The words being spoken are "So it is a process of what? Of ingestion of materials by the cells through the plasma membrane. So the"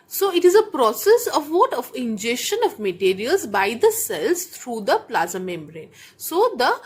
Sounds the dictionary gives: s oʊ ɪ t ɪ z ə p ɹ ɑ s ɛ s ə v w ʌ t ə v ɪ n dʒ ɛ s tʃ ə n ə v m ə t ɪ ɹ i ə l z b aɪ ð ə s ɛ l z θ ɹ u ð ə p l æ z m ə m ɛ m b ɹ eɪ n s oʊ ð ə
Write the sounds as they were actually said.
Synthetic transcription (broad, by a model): s oʊ ɪ t ɪ z ə p ɹ ɑ s ɛ s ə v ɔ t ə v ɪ n dʒ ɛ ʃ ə n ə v m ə t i ɹ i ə l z b aɪ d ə s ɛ l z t ɹ u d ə p l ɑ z ə m ɛ m b ɹ eɪ n s oʊ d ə